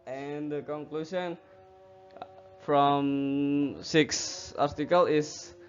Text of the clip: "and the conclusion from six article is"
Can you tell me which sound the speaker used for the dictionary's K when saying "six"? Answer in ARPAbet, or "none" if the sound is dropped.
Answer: K